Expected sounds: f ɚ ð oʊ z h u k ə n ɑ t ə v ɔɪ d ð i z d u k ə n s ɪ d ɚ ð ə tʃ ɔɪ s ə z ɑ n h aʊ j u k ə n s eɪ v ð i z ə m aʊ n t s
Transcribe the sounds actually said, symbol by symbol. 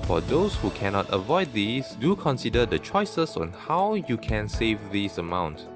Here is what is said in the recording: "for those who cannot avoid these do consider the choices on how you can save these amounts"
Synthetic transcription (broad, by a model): f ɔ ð oʊ s h u k ə n ɑ t ə v ɔɪ d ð i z d u k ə n s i d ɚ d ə tʃ ɔɪ s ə s ɑ n h aʊ j u k ə n s eɪ v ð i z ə m aʊ n t